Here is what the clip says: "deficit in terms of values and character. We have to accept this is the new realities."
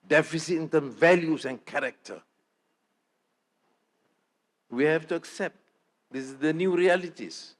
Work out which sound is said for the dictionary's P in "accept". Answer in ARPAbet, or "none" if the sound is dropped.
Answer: P